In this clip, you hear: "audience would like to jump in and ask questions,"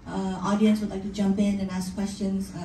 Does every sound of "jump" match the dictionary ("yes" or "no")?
yes